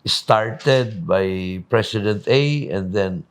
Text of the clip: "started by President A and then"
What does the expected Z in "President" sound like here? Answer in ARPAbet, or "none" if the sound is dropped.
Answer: S